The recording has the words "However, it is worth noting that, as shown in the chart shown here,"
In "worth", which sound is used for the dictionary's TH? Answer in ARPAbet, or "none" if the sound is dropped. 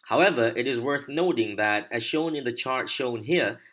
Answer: TH